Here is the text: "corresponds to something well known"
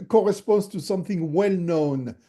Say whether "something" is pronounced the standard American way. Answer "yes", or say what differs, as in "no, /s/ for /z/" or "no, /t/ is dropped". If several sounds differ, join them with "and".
yes